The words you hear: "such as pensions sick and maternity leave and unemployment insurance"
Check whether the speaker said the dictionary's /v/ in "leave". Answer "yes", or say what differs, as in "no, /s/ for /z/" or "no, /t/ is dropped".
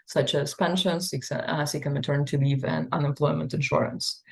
yes